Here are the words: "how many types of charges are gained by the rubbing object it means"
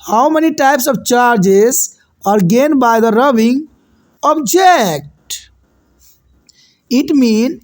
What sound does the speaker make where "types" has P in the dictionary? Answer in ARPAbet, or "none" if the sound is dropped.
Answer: P